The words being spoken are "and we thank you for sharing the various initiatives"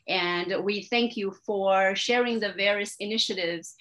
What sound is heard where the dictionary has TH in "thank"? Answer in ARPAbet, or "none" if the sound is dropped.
TH